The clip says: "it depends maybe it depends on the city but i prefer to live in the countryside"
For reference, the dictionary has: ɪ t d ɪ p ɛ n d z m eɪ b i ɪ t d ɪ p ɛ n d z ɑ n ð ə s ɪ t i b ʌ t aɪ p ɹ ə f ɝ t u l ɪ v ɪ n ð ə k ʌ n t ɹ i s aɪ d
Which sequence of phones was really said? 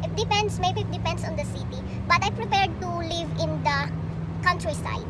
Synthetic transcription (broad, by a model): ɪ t d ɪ p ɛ n d s m eɪ b i ɪ t d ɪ p ɛ n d s ɑ n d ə s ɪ t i b ʌ t aɪ p ɹ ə p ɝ t u l ɪ v ɪ n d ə k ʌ n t ɹ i s aɪ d